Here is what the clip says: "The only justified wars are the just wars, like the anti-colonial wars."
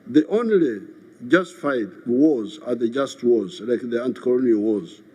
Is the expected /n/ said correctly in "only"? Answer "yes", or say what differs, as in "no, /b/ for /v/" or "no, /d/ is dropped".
yes